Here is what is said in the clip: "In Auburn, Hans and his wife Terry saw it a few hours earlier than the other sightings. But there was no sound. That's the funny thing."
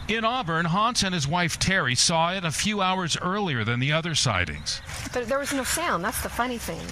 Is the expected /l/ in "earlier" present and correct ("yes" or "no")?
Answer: yes